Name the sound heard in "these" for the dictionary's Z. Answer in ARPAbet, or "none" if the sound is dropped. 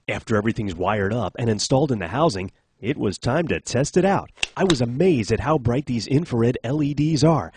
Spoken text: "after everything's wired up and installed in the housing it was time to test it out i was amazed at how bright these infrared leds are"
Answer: Z